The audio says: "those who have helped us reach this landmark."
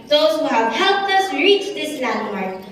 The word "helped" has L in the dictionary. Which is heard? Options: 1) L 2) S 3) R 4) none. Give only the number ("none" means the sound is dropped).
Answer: 1